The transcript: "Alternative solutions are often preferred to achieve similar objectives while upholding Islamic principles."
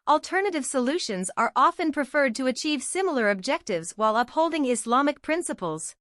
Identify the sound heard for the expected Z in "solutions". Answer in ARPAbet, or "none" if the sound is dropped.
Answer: Z